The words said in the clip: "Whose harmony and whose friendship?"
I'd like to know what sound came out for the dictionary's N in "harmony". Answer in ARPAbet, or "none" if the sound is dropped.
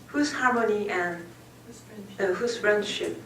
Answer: L